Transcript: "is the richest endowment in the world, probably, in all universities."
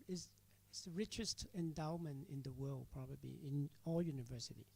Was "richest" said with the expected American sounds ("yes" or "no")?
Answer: yes